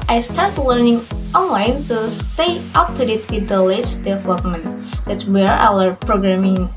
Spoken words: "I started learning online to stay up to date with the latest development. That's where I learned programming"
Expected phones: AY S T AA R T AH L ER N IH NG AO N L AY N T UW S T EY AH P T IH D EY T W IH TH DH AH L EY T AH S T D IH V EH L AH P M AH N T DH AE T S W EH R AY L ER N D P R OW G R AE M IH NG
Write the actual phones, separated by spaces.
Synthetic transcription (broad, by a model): AY S T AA R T L ER N IH NG AO N L AY N T UW S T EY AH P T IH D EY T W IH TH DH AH L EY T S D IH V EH L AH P M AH N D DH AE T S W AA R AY W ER P R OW G R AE M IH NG